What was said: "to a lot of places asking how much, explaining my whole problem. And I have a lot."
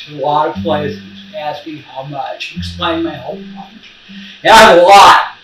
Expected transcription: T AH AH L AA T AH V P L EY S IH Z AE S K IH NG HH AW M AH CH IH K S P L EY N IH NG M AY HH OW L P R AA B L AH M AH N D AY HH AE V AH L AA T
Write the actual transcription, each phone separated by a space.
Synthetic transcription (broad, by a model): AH AH L AA T AH V P L EY S IH Z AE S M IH HH AW M AH CH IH K S P L EY IH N M AY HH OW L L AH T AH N AY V AH L AA T